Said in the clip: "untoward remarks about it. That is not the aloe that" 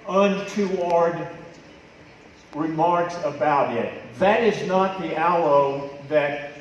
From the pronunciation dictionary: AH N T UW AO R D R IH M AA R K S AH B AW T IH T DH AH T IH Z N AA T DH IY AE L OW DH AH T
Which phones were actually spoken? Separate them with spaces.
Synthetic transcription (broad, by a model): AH N T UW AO R D R IH M AA R K S AH B AW T IH T DH AH T IH Z N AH T DH IY AE L OW DH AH T